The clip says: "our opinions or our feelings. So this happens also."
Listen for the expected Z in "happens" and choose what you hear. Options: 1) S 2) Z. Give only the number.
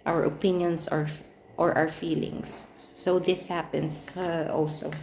1